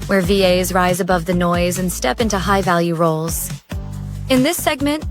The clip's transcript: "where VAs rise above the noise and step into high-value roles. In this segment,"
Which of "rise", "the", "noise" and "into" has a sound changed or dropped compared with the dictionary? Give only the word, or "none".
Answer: none